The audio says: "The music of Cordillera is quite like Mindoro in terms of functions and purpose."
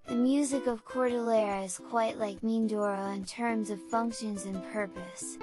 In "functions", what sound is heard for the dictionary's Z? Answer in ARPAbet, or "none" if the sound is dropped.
Z